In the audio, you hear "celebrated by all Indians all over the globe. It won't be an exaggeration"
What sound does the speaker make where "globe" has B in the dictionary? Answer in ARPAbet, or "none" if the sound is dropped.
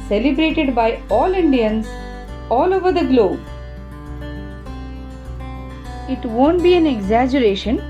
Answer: B